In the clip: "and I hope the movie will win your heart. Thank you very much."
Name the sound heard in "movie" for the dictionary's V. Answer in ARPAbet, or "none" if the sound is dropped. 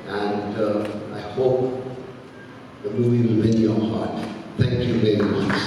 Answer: V